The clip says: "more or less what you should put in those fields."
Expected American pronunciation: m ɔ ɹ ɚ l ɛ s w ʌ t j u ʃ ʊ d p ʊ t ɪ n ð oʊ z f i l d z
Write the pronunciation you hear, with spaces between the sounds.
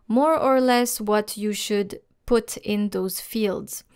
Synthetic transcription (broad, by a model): m ɔ ɹ ɚ l ɛ s w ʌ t j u ʃ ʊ d p ʊ t ɪ n ð oʊ z f i l d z